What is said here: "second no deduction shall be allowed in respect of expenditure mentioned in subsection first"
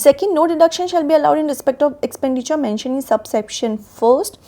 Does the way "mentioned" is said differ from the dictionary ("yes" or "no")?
yes